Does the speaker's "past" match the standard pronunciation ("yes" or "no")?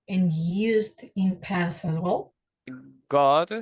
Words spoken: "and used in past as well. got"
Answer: no